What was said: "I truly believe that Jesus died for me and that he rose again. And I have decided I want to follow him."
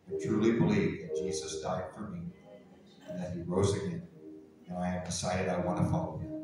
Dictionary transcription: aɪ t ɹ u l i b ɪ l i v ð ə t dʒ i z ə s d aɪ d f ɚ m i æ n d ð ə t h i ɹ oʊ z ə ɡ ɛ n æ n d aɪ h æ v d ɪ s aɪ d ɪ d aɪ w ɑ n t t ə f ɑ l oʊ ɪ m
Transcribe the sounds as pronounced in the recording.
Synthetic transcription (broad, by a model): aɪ t ɹ u l i b ɪ l i v ð ə t dʒ i z ə s d aɪ d f ɚ m i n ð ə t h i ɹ oʊ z ə ɡ ɛ n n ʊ aɪ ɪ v d ɪ s aɪ d ɪ d aɪ w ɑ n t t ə f ɑ l oʊ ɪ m